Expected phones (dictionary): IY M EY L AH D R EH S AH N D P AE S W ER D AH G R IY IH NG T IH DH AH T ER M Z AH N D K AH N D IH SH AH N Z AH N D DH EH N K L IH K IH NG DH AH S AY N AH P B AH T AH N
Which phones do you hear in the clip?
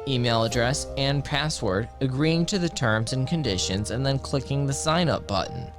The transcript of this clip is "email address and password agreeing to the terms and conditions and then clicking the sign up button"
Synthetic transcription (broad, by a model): IY M EY L AH D R EH S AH N P AE S W ER D AH G R IY IH NG T IH DH AH T ER M Z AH N K AH N D IH SH AH N Z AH N DH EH N K L IH K IH NG DH AH S AY N AH P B AH T N